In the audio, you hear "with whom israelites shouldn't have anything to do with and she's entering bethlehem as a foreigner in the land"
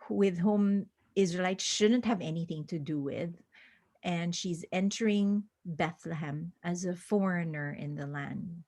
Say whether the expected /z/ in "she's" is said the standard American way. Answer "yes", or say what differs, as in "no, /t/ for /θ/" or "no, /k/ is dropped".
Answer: yes